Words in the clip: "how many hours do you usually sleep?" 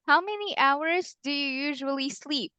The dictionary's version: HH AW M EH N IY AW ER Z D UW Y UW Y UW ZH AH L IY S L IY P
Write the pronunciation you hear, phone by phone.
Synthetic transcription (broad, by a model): HH AW M EH N IY AW ER Z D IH Y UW Y UW ZH AH L IY S L IY P